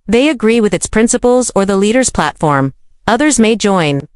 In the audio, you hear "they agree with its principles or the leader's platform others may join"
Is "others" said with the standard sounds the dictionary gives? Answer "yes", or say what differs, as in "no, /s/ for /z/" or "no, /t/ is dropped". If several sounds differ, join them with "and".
yes